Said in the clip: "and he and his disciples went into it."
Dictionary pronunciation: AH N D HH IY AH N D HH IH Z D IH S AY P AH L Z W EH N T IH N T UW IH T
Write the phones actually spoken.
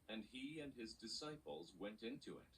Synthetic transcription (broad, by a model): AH N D IY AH N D IH Z D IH S AY P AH L Z W EH N T IH N T UW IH T